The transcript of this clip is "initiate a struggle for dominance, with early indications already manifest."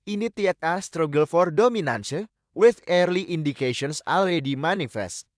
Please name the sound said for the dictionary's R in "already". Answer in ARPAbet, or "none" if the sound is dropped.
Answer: none